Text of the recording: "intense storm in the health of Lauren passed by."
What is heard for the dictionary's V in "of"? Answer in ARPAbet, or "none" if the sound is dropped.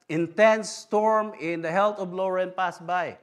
B